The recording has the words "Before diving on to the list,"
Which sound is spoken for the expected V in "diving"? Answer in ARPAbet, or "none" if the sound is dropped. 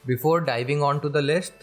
V